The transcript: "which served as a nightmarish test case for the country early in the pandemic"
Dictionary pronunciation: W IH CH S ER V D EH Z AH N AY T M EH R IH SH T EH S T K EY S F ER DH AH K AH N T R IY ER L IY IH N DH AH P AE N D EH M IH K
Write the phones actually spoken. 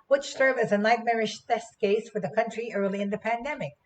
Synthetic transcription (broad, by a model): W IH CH S ER V IH Z AH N AY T M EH R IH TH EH S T K EY S F ER DH AH K AH N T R IY ER L IY IH N DH AH P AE N D EH M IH K